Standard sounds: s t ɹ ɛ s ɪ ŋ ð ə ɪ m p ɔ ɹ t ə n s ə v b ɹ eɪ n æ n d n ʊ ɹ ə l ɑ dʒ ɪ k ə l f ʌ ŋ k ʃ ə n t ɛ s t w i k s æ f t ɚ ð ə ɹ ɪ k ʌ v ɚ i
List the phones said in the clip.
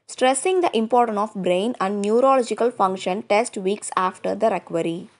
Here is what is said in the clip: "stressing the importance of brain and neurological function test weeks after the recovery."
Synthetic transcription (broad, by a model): s t ɹ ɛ s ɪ ŋ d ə ɪ m p ɔ ɹ t ə n s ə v b ɹ eɪ n æ n d n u ɹ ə l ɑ dʒ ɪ k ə l f ʌ ŋ k ʃ ə n t ɛ s t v i k s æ f t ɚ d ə ɹ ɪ k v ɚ i